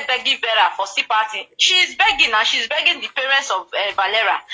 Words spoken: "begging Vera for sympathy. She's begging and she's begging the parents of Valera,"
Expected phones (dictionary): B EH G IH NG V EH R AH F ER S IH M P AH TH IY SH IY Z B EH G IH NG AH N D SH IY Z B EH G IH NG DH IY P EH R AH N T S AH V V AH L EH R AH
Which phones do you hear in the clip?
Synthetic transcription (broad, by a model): B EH G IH V EH R AH F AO S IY P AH T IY SH IY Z B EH G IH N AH SH IY Z B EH G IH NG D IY P EH R AH N T S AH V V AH L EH R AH